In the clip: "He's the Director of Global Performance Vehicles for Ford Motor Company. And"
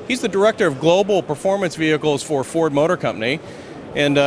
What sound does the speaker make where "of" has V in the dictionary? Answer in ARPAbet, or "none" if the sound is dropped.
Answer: V